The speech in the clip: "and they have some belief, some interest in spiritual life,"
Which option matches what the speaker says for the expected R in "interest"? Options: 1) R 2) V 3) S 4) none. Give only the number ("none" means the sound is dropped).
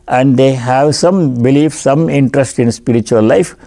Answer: 1